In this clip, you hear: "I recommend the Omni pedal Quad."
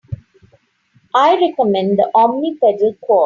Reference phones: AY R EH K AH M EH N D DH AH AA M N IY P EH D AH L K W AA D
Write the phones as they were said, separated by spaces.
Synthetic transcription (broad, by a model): AY R EH K AH M EH N D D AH AA M N IY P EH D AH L K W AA